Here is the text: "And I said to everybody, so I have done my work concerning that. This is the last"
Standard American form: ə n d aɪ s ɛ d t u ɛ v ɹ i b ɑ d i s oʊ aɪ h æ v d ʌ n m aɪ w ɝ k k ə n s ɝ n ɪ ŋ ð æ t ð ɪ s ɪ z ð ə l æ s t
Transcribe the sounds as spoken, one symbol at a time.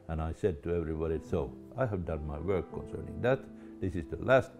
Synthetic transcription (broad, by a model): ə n aɪ s ɛ d t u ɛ v ɹ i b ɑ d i s oʊ aɪ h æ v d ʌ n m aɪ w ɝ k k ə n s ɝ n ɪ ŋ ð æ t ð ɪ s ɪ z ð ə l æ s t